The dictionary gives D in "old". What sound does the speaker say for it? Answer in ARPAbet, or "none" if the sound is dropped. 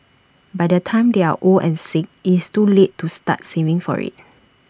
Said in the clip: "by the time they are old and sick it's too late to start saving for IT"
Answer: none